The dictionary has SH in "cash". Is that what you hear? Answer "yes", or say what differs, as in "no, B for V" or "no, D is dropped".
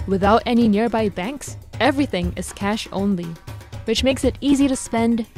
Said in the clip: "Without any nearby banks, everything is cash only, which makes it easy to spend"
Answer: yes